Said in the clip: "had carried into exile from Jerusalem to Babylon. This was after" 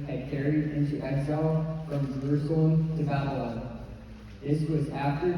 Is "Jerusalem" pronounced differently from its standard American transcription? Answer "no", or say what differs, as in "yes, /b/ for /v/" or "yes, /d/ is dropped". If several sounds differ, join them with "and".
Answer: yes, /l/ is dropped